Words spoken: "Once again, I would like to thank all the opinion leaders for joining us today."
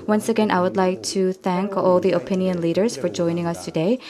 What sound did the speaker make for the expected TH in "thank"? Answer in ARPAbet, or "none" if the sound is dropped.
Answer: TH